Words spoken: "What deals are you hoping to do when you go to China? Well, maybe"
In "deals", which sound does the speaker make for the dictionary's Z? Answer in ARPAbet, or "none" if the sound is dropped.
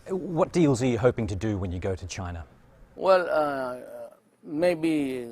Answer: Z